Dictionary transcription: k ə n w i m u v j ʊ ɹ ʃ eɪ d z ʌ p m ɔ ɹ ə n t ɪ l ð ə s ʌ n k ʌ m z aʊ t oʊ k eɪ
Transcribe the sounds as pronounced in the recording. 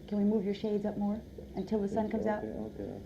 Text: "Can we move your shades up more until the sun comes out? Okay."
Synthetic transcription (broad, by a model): k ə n w i m u v j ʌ ɹ ʃ eɪ d z ʌ p m ɔ ɹ ə n t ɪ l ð ə s ʌ n k ʌ m z aʊ t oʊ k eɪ